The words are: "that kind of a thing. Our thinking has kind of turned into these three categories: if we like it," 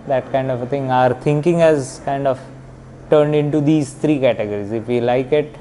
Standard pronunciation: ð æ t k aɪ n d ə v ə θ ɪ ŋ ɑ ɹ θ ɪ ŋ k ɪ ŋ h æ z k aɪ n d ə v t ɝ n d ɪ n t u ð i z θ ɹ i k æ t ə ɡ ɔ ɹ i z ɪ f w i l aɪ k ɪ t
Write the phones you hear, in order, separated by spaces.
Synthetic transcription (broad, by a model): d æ t k aɪ n d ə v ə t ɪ ŋ ɑ ɹ t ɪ ŋ k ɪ ŋ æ z k aɪ n d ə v t ɝ n d ɪ n t u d i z t ɹ i k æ t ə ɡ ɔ ɹ i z ɪ f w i l aɪ k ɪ t